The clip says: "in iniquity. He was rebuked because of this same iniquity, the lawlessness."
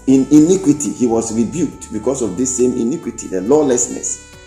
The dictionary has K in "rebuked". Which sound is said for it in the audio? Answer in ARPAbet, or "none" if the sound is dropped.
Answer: K